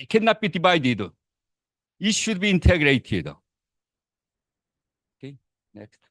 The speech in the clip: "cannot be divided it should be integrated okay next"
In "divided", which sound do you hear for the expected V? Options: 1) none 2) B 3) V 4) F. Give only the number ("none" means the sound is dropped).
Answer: 2